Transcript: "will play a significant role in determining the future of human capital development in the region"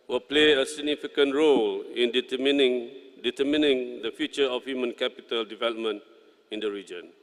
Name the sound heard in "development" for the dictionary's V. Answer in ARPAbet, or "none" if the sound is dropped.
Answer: V